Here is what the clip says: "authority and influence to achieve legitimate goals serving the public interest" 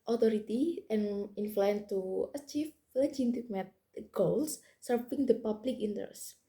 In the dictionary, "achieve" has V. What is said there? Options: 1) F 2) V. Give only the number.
1